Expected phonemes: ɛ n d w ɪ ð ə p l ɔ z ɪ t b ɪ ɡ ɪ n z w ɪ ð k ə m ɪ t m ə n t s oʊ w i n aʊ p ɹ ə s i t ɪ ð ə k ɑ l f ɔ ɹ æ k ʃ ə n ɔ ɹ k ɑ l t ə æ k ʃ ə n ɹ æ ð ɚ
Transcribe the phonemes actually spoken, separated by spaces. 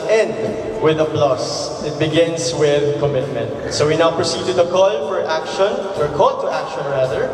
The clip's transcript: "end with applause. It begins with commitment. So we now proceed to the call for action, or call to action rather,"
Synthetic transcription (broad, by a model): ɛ n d w ɪ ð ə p l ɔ s ɪ t b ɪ ɡ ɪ n s w ɪ ð k ə m ɪ t m ə n t s oʊ w i n aʊ p ɹ ə s i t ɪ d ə k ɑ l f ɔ ɹ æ k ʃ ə n ɔ ɹ k ɑ l t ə æ k ʃ ə n ɹ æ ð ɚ